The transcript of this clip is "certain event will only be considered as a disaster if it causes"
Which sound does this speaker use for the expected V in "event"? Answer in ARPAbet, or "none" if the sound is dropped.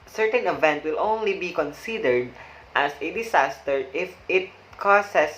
V